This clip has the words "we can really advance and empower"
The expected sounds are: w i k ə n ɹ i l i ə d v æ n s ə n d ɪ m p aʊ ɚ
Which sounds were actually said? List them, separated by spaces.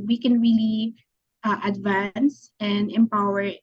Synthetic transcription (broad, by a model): w i k ə n ɹ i l i ə d v æ n s ə n d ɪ m p aʊ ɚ